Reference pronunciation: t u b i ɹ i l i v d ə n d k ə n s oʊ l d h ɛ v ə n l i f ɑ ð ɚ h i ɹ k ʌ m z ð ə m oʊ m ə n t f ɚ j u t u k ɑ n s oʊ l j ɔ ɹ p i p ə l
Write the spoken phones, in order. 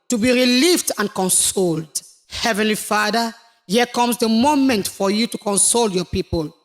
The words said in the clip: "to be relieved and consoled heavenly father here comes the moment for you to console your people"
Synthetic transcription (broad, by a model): t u b i ɹ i l i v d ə n k ə n s oʊ l d h ɛ v ə n l i f ɑ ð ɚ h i k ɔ m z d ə m oʊ m ə n t f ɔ j u t u k ɑ n s oʊ l j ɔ p i p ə l